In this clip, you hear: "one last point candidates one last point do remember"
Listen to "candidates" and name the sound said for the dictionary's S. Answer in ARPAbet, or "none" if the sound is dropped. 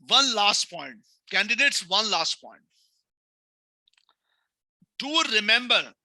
S